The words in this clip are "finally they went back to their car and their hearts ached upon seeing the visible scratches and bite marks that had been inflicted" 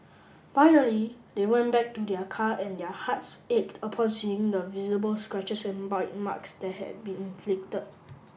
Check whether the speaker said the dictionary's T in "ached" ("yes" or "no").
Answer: yes